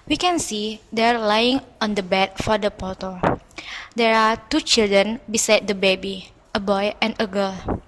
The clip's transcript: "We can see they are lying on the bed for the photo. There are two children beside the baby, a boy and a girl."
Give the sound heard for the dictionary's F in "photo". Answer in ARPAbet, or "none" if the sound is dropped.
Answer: P